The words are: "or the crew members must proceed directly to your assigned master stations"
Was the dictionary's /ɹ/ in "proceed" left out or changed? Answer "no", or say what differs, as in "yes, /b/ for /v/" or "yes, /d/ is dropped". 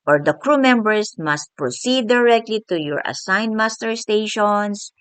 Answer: no